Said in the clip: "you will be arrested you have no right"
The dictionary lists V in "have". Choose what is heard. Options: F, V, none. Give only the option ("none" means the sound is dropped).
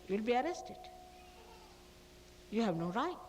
V